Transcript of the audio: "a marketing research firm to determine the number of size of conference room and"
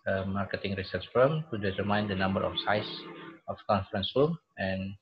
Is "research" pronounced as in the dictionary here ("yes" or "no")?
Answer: no